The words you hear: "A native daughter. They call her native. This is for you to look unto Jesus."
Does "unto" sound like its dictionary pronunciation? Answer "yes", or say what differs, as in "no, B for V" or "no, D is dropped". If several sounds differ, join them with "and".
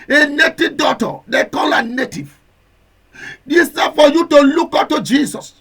no, N is dropped